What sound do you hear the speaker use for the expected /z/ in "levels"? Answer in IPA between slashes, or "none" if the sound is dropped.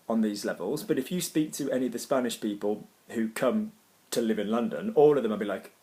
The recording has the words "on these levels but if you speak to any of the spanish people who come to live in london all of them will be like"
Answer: /z/